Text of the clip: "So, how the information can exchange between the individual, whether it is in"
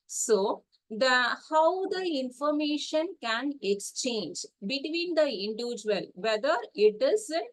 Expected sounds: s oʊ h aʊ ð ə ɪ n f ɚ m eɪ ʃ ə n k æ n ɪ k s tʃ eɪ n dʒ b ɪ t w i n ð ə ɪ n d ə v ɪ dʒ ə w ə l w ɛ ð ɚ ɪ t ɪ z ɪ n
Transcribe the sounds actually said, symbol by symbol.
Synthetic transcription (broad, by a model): s oʊ h aʊ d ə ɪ n f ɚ m eɪ ʃ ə n k æ n ɪ k s tʃ eɪ n dʒ b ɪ t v i n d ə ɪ n d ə v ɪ dʒ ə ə l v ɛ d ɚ ɪ t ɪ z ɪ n